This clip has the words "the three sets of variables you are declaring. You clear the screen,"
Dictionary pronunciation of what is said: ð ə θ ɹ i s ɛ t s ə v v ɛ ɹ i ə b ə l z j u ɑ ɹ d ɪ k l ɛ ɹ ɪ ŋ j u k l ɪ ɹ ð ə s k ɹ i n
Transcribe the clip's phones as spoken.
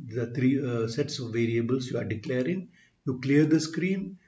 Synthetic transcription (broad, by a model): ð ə t ɹ i s ɛ t s ə v v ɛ ɹ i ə b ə l s j u ɑ ɹ d ɪ k l ɛ ɹ ɪ ŋ j u k l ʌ ɹ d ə s k ɹ i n